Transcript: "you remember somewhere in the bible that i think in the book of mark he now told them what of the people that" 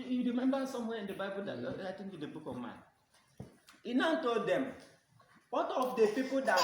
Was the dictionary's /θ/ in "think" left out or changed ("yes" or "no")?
yes